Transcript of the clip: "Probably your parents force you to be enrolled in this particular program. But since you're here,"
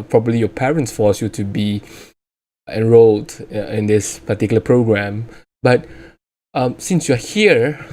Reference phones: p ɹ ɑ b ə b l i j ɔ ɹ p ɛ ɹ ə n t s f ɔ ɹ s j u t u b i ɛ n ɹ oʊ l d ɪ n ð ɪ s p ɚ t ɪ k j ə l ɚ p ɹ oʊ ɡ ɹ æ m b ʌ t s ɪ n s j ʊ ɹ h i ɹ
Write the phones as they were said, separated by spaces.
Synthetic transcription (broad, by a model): p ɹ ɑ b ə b l i j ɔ p ɛ ɹ ə n t s f ɔ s j u t u b i ɛ n ɹ oʊ l d ɪ n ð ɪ s p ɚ t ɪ k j l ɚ p ɹ oʊ ɡ ɹ æ m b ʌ t s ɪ n s j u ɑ h i ɹ